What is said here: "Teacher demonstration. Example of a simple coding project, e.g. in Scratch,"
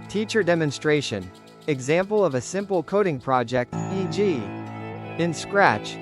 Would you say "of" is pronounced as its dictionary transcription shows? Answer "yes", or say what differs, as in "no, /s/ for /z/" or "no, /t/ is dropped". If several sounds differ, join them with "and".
yes